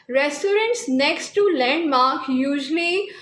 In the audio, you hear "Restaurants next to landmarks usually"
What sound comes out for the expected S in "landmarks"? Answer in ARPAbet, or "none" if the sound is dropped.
none